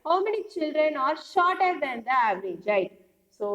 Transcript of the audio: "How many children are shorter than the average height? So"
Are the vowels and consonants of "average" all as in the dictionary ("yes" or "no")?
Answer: yes